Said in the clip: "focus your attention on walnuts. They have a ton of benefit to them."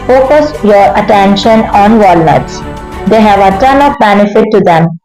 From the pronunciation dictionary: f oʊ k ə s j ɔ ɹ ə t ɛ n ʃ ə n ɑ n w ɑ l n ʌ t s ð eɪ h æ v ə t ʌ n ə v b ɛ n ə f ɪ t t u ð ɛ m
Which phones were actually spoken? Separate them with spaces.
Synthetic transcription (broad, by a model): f oʊ k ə s j ɔ ɹ ə t ɛ n ʃ ə n ɑ n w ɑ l n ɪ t s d eɪ h æ v ə t ʌ n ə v b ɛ n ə f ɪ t t u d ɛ m